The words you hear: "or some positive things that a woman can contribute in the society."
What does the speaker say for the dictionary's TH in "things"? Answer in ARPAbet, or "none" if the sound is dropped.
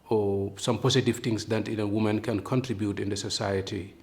T